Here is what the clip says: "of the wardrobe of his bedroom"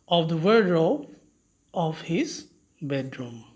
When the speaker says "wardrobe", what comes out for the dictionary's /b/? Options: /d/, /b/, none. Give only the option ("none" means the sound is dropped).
none